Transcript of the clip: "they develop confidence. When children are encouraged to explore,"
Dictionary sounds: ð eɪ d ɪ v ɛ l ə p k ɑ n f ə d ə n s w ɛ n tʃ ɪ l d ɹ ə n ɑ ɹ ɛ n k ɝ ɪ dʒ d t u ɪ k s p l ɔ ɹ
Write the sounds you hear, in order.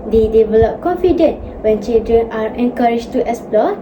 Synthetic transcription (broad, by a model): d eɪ d ɪ v ɛ l ə p k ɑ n f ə d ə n w ɛ n tʃ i l d ɹ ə n ɑ ɹ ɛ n k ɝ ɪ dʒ t u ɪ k s p l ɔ